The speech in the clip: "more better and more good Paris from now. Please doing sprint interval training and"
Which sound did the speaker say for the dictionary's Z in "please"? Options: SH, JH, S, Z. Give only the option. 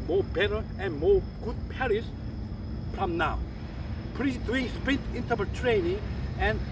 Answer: S